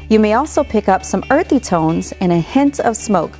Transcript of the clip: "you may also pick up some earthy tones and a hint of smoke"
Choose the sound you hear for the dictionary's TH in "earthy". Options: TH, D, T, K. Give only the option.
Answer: TH